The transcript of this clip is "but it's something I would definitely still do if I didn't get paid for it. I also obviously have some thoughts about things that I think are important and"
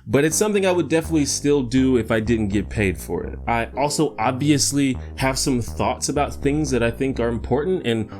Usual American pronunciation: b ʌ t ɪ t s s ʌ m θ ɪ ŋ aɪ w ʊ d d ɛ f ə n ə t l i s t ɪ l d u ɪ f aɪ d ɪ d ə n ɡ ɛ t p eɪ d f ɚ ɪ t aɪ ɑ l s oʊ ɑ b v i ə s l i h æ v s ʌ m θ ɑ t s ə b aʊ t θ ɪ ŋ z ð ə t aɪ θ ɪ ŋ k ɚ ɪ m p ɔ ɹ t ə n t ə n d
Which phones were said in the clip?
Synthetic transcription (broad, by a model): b ʌ t ɪ t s s ʌ m θ ɪ ŋ aɪ w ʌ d d ɛ f ə n ə t l i s t ɪ l d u ɪ f aɪ d ɪ d n ɡ ɛ t p eɪ d f ɚ ɪ t aɪ ɑ l s oʊ ɑ b v i ə s l i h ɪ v s ʌ m θ ɑ t s ə b aʊ t θ ɪ ŋ z ð ə t aɪ θ ɪ ŋ k ɚ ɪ m p ɔ ɹ t n t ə n